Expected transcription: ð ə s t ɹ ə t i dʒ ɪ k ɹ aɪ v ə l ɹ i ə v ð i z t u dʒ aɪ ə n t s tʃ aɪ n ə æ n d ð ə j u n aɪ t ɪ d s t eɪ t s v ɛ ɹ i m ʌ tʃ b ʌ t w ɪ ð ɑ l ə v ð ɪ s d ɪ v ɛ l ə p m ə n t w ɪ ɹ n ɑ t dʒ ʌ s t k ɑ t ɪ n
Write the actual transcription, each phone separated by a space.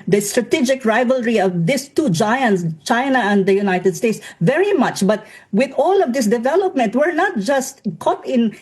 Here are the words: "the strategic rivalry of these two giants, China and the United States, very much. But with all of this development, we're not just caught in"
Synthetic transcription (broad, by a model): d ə s t ɹ ə t i dʒ ɪ k ɹ aɪ v ə l ɹ i ə v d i s t u dʒ aɪ ə n t s tʃ aɪ n ə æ n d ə j u n aɪ t ɪ d s t eɪ t s v ɛ ɹ i m ʌ tʃ b ʌ t w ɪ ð ɑ l ə v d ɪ s d ɪ v ɛ l ə p m ə n t w ɪ ɹ n ɑ t dʒ ʌ s t k ɑ t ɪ n